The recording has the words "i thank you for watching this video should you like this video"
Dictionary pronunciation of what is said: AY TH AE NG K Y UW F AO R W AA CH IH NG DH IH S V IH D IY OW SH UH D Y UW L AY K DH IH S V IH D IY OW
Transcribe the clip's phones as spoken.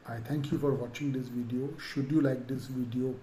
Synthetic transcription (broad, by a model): AY T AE NG K Y UW F AO R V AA CH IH NG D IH S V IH D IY OW SH UH D Y UW L AY K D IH S V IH D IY OW